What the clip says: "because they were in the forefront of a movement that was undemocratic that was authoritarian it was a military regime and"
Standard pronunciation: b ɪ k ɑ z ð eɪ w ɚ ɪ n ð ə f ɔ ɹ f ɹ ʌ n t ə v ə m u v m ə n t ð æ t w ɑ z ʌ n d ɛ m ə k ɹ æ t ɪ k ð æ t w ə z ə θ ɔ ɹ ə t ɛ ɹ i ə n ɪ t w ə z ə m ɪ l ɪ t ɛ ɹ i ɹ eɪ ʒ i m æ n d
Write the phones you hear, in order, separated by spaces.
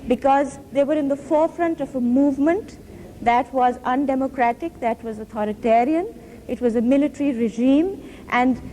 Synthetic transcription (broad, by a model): b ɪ k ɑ z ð eɪ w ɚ ɪ n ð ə f ɔ ɹ f ɹ ʌ n t ə v ə m u v m ə n t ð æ t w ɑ z ʌ n d ɛ m ə k ɹ æ t ɪ k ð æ t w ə z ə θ ɔ ɹ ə t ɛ ɹ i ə n ɪ t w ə z ə m ɪ l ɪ t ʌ ɹ i ɹ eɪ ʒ i m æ n d